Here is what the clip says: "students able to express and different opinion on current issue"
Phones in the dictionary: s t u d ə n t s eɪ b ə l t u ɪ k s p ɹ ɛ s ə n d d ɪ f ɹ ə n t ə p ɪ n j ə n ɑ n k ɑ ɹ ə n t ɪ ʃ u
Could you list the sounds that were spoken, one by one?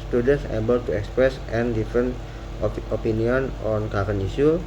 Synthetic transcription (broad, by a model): s t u d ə n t s eɪ b ə l t u ɪ k s p ɹ ɛ s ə n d d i f ɹ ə n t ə p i n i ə n ɑ n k ɑ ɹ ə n i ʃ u